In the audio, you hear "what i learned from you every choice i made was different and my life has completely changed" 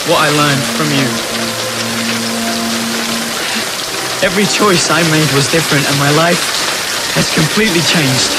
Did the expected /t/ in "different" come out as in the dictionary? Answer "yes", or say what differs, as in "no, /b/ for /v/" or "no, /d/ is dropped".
yes